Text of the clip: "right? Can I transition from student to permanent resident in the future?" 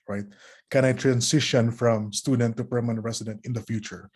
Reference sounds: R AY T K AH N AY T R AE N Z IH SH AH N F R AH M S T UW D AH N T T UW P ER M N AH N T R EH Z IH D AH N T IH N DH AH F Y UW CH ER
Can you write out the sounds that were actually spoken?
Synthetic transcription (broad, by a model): R AY T K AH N AY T R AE N S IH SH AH N F R AH M S T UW D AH N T T UW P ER M AH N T R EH S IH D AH N T IH N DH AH F Y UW CH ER